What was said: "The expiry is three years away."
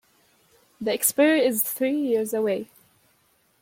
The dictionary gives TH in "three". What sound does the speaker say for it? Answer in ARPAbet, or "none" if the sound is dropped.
TH